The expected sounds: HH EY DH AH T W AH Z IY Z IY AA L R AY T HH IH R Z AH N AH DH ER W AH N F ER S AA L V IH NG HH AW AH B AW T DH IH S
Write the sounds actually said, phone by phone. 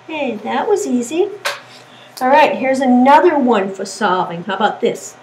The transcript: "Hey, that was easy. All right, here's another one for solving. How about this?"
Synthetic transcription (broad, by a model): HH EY DH AH T W AH Z IY Z IY AA L R AY T HH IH R Z AH N AH DH ER W AH N F ER S AA V IH NG HH AW AH B AW T DH IH S